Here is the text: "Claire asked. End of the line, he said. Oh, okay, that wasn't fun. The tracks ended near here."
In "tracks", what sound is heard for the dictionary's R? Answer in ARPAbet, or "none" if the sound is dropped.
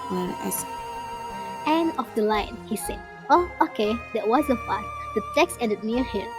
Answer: none